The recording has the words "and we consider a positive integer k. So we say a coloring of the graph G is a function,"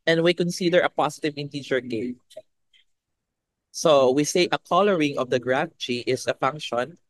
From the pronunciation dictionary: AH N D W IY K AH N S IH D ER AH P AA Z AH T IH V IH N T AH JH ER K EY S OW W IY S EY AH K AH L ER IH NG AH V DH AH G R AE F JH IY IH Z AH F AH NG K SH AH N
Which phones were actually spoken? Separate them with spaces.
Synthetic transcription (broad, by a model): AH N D W IY K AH N S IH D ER AH P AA S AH T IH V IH N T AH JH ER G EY S OW W IY S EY AH K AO L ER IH NG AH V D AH G R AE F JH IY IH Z AH F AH NG K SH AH N